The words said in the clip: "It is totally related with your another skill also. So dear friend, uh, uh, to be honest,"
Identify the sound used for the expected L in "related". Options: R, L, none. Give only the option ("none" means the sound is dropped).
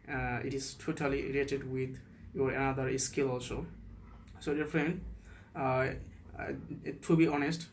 none